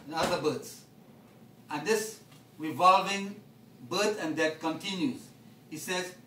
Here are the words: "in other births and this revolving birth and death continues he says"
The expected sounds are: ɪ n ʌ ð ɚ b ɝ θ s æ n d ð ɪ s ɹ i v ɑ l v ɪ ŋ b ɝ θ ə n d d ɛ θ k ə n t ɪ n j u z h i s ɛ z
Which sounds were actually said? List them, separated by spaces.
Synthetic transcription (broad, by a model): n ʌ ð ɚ b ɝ t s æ n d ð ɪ s ɹ i v ɑ l v ɪ ŋ b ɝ s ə n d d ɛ t k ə n t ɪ n j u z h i s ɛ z